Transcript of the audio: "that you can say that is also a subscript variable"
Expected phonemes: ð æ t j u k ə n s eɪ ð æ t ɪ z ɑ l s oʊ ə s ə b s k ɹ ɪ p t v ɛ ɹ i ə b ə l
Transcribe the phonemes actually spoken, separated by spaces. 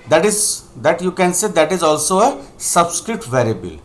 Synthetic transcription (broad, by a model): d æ t j u k ə n s eɪ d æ t ɪ z ɑ l s oʊ ə s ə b s k ɹ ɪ t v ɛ ɹ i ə b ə l